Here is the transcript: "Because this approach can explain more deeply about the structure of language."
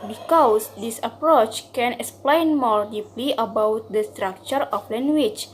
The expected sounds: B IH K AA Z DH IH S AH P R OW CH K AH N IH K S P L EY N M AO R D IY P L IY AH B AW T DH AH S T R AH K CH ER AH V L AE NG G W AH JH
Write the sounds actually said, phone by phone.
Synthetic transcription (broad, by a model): B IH K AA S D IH S AH P R OW CH K AH N IH K S P L EY N M AO R D IY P L IY AH B AW T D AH S T R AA K CH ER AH F L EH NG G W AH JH